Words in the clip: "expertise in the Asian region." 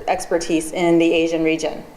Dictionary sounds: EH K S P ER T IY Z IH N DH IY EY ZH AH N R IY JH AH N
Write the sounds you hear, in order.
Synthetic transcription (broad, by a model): EH K S P ER T IY Z IH N DH IY EY ZH AH N R IY JH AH N